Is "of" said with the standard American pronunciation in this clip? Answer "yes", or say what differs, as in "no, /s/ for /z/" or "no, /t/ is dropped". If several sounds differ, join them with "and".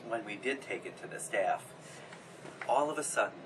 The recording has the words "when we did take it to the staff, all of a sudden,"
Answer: yes